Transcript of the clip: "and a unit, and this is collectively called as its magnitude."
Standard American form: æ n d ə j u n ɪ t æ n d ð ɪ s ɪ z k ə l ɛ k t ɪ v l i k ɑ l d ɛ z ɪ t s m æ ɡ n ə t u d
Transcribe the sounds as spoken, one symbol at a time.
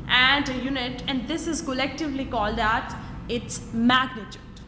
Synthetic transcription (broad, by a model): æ n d ə j u n ɪ t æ n d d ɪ s ɪ z k ə l ɛ k t ɪ v l i k ɑ l d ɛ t ɪ t s m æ ɡ n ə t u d